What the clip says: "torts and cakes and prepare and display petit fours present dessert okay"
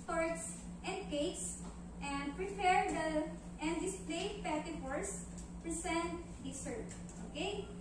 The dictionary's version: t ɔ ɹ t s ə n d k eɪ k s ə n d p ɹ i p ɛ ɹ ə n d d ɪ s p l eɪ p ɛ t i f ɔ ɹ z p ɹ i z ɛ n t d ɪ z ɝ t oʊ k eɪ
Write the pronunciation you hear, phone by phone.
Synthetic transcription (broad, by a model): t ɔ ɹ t s ə n d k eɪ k s ə n d p ɹ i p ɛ ɹ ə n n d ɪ s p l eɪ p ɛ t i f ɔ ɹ s p ɹ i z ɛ n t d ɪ s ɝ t oʊ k eɪ